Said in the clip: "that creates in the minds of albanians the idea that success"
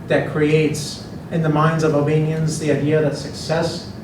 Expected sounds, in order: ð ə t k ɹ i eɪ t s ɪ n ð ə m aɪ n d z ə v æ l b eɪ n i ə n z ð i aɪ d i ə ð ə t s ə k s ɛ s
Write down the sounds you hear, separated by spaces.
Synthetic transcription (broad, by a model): ð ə t k ɹ i eɪ t s ɪ n ð ə m aɪ n d z ə v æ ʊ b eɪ n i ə n z ð i aɪ d i ə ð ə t s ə k s ɛ s